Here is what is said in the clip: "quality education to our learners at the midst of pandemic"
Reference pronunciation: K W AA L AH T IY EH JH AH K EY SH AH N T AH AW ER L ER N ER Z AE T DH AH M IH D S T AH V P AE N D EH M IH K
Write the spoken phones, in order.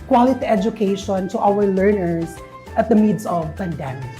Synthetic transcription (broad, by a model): K W AA L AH T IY EH JH AH K EY SH AH N T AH AW ER L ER N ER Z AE T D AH M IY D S AH V P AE N D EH M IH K